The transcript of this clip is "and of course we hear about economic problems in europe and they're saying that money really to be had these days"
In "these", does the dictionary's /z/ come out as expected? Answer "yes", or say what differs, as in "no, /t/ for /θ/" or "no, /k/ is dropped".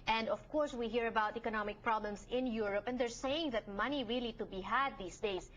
no, /s/ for /z/